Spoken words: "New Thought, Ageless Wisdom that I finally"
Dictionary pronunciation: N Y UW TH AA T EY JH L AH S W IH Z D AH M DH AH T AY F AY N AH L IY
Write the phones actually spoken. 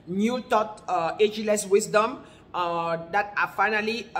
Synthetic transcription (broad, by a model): N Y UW T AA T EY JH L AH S W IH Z D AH M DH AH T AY F AY N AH L IY